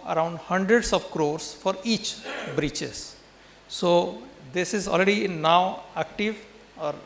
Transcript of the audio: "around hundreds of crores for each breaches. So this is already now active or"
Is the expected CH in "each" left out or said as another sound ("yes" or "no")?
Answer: no